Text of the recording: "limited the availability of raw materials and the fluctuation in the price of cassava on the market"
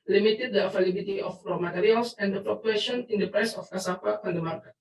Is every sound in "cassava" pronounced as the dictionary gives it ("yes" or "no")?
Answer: no